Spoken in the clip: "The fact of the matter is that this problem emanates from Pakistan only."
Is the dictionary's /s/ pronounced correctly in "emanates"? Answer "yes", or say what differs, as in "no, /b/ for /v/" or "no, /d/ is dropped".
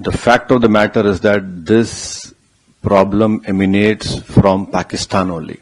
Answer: yes